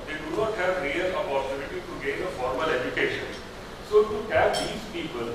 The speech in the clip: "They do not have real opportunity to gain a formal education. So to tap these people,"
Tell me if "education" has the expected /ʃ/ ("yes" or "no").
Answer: yes